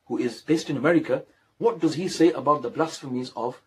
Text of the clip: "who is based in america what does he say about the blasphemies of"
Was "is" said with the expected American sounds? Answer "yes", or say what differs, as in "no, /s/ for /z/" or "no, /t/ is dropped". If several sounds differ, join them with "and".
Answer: yes